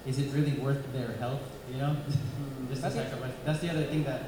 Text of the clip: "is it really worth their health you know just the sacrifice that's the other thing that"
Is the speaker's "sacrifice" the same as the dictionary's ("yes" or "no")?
no